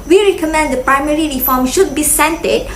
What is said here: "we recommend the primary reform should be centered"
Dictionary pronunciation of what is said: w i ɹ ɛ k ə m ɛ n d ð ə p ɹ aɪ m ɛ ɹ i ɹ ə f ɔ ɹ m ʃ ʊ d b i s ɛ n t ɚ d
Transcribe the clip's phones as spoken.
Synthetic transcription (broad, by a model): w i ɹ ɛ k ə m ɛ n d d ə p ɹ aɪ m ɛ ɹ i ɹ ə f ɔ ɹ m ʃ ʊ d b i s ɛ n t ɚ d